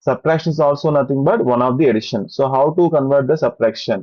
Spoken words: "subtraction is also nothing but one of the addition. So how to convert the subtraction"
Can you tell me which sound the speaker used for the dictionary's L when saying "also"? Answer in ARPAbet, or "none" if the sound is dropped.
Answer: L